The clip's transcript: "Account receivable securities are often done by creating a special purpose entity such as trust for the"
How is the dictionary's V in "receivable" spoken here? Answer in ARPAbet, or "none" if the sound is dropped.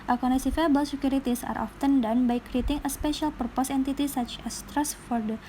F